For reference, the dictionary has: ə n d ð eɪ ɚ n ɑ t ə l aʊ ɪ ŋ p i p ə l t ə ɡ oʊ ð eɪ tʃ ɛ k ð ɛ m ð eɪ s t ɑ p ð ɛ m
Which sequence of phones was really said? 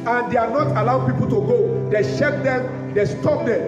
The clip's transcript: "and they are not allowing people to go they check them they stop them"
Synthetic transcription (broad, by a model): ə n d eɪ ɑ n ɑ t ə l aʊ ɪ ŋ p i p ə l t ə ɡ oʊ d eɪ ʃ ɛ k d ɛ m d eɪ s t ɑ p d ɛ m